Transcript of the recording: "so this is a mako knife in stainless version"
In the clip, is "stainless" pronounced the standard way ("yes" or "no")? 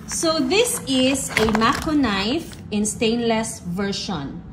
yes